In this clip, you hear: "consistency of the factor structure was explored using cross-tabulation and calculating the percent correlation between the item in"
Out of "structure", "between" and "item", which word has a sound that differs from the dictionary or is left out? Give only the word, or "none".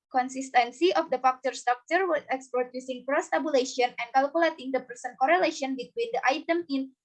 structure